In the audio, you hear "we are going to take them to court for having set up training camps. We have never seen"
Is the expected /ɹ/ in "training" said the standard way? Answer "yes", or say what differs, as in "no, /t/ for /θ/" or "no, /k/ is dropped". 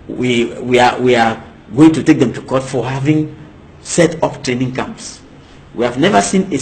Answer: yes